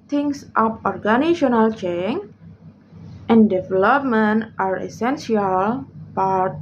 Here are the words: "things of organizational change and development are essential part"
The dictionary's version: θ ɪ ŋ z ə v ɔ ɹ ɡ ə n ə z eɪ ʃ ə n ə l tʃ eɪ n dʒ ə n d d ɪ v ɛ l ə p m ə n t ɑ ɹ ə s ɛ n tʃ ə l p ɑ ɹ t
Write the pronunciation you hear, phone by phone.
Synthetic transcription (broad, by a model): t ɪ ŋ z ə p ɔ ɹ ɡ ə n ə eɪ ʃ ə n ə l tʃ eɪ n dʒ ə n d d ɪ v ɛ l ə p m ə n t ɑ ɹ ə s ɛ n s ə l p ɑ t